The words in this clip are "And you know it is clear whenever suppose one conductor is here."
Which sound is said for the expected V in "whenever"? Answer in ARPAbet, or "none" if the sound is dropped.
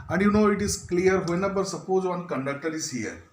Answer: B